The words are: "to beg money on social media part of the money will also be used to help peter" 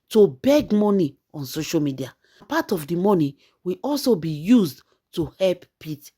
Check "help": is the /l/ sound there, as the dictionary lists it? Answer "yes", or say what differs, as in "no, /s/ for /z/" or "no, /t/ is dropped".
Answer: yes